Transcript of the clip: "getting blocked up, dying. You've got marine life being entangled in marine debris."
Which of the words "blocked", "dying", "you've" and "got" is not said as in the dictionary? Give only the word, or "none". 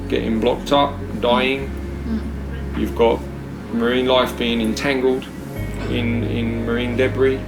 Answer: none